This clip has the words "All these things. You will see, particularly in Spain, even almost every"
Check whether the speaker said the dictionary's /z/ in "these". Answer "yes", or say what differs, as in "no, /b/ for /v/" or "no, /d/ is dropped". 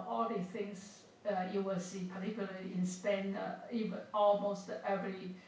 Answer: no, /z/ is dropped